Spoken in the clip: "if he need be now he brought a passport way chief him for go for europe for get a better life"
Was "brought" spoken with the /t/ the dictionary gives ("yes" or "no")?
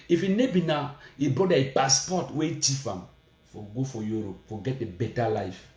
no